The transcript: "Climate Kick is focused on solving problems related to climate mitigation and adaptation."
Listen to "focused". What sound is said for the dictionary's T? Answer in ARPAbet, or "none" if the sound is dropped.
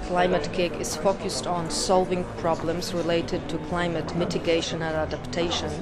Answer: T